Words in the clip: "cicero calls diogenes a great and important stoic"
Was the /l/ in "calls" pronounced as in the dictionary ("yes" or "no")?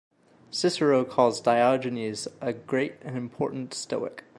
no